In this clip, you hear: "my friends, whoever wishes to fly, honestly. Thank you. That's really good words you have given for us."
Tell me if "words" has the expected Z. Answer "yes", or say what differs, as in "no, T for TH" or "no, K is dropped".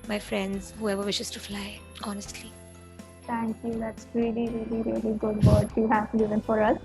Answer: no, Z is dropped